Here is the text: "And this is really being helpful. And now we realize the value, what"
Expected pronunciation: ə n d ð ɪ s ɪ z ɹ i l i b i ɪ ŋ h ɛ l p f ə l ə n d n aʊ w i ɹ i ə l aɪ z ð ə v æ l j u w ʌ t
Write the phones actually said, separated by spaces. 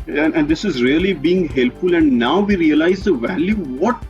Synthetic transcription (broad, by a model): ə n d ɪ s ɪ z ɹ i l i b i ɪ ŋ h ɛ l p f ə l ə n d n aʊ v i ɹ i ə l aɪ z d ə v æ l j u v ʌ t